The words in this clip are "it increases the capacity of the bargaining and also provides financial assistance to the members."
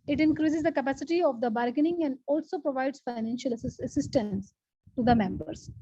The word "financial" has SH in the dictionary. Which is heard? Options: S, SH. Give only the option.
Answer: SH